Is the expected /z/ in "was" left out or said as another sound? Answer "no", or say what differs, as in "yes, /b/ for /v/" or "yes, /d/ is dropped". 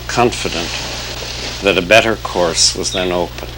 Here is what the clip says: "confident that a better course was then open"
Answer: no